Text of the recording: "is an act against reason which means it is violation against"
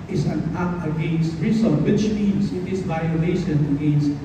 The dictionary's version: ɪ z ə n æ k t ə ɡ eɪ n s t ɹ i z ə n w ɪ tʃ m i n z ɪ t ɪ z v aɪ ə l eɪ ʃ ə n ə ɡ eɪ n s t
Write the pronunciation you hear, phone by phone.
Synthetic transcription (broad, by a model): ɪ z ə n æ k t ə ɡ eɪ n s t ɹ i s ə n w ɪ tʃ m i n s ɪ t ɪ s v aɪ ə l eɪ ʃ ə n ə ɡ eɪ n s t